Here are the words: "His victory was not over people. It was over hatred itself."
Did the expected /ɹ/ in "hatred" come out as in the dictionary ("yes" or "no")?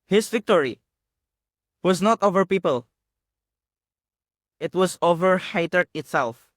no